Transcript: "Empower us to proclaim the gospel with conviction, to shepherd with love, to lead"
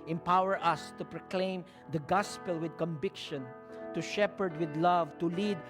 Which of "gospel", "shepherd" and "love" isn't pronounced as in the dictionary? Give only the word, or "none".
none